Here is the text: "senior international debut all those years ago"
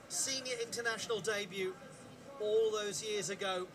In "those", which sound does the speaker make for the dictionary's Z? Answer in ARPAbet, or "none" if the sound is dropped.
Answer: Z